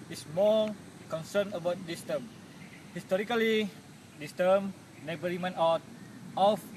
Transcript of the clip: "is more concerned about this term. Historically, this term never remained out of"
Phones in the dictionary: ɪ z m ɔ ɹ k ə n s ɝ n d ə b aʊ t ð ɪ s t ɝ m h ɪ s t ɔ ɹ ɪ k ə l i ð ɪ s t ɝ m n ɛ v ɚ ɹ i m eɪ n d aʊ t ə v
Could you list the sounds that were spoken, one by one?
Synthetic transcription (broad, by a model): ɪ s m ɔ l k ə n s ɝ n ə b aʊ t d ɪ s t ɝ m h ɪ s t ɔ ɹ ɪ k ə l i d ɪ s t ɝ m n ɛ b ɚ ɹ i m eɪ n aʊ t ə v